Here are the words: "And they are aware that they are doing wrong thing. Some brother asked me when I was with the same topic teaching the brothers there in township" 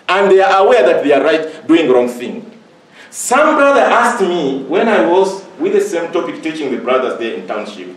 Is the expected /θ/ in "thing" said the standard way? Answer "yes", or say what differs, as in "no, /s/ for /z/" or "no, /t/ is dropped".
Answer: yes